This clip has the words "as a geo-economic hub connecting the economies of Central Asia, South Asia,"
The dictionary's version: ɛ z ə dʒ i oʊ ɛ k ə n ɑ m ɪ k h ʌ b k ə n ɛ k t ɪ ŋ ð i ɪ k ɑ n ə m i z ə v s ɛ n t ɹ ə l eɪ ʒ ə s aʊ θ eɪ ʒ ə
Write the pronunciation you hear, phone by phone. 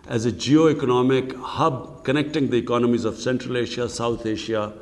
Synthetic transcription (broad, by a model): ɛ z ə dʒ i oʊ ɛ k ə n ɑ m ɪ k h ʌ b k ə n ɛ k t ɪ ŋ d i ɪ k ɑ n ə m i z ə v s ɛ n t ɹ ə l eɪ ʃ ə s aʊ t eɪ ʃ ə